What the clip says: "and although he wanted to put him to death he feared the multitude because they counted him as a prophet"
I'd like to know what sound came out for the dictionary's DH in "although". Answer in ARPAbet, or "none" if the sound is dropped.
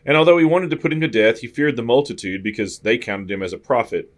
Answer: DH